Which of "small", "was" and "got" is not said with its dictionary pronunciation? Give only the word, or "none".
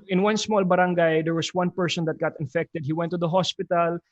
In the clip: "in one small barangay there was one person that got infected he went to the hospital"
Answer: was